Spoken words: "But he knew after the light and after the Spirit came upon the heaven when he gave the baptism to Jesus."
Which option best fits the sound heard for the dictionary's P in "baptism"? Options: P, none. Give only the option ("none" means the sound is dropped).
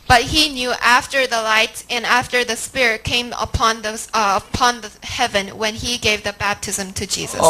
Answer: P